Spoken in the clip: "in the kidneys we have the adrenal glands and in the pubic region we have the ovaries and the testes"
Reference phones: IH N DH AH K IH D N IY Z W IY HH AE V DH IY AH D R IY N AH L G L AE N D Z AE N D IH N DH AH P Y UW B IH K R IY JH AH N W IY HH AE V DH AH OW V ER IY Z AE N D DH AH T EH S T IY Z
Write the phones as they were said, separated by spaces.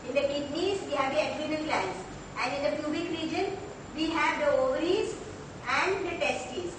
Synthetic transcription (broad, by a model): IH N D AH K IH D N IY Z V IY HH AE V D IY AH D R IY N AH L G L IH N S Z AE N D IH N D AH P Y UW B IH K R IY JH AH N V IY HH AE V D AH OW V ER IY Z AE N D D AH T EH S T IY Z